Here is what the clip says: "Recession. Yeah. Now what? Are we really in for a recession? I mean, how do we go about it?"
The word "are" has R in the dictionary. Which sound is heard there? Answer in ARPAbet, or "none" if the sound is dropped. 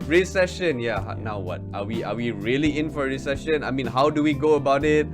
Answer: W